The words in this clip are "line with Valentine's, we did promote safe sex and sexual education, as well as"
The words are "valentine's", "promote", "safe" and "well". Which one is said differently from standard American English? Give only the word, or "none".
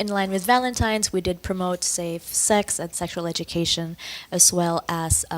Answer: none